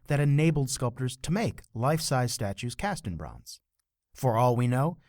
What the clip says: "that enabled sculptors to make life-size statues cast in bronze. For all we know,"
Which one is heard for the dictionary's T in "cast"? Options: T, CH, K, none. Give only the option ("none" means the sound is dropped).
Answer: T